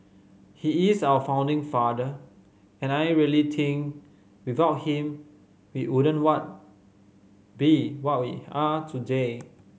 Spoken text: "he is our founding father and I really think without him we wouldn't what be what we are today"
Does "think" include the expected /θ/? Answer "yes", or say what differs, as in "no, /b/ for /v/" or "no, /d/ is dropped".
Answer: no, /t/ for /θ/